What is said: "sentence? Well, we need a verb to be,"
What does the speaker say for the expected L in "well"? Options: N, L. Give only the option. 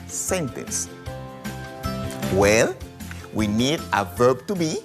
L